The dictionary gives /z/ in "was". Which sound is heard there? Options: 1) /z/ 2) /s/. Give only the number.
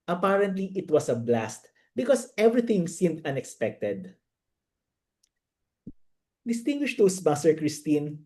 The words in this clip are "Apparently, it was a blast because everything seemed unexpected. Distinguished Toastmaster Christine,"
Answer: 2